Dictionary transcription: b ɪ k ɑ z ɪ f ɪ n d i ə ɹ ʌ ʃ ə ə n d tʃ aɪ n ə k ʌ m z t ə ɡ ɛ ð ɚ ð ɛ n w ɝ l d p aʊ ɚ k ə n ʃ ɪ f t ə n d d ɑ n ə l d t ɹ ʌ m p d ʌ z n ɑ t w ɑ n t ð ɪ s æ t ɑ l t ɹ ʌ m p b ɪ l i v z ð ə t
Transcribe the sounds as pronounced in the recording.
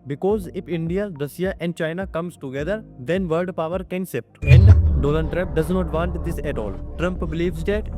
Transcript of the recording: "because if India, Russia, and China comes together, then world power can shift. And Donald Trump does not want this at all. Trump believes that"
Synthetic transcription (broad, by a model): b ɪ k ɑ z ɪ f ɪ n d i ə ɹ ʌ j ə ə n d tʃ aɪ n ə k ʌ m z t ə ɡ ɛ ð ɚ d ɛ n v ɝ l d p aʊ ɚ k ə n s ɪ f t ə n d d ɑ l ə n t ɹ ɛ p d ʌ z n ɑ t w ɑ n t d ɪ s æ t ɑ l t ɹ ʌ m p b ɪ l i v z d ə t